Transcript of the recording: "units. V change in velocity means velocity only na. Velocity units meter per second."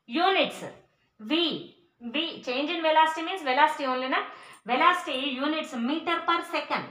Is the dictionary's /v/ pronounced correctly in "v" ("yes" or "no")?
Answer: yes